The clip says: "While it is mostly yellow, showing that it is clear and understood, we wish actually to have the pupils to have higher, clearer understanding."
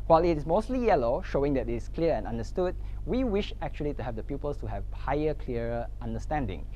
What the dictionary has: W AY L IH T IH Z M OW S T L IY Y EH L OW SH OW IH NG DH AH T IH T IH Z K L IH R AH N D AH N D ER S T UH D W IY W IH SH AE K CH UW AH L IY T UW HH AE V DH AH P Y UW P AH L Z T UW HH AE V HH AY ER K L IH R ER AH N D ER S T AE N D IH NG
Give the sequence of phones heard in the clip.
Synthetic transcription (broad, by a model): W AY L IH T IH S M OW S T L IY Y EH L OW SH OW IH NG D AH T IH T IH S K L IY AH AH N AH N D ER S T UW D W IY W IH SH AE K CH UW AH L IY T UW HH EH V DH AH P Y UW P AH L S T UW HH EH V HH AY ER K L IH ER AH N D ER S T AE N D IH NG